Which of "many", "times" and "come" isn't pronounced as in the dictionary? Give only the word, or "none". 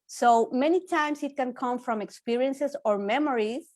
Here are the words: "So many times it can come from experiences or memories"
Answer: times